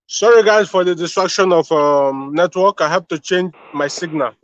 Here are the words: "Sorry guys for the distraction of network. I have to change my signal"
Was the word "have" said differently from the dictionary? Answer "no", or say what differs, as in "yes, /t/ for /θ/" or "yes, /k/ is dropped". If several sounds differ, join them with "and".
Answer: yes, /p/ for /v/